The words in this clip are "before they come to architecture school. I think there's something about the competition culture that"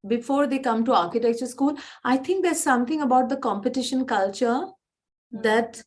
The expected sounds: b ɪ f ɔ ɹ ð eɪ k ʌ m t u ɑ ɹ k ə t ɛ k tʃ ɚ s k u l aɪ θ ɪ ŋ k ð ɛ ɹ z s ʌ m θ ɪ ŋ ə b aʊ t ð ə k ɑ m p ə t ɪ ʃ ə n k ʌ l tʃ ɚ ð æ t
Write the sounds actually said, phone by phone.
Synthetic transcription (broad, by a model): b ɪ f ɔ ɹ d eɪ k ʌ m t u ɑ ɹ k ə t ɛ k tʃ ɚ s k u l aɪ t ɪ ŋ k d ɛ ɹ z s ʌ m t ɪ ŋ ə b aʊ t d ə k ɑ m p ə t ɪ ʃ ə n k ʌ l tʃ ɚ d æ t